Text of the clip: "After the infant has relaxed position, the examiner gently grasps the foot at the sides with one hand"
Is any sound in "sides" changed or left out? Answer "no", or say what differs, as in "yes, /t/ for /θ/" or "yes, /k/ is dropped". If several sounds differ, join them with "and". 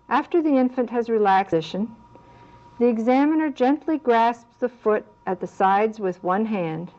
no